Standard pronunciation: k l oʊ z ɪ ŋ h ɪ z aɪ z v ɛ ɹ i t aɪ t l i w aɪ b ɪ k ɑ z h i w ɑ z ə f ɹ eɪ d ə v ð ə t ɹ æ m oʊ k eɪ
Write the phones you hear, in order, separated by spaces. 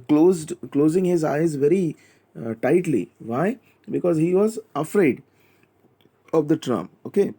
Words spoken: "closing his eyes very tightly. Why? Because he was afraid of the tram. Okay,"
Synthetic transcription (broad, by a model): k l oʊ z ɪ ŋ h ɪ z aɪ z v ɛ ɹ i t aɪ t l i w aɪ b ɪ k ɑ z h i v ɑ z ə f ɹ eɪ d ə v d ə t ɹ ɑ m oʊ k eɪ